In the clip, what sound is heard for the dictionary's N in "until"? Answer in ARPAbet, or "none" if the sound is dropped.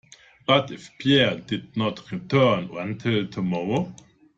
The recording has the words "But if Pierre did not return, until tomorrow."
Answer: N